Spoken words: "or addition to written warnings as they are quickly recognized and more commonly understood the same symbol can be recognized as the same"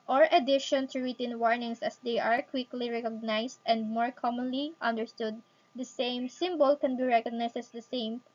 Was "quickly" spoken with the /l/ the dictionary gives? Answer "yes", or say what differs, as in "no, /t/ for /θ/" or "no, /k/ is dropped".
yes